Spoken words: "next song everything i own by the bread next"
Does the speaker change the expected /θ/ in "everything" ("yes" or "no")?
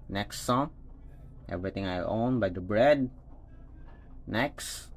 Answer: yes